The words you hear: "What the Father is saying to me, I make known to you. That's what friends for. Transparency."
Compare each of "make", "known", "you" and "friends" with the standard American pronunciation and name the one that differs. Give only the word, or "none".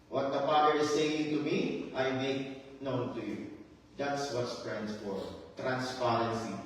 friends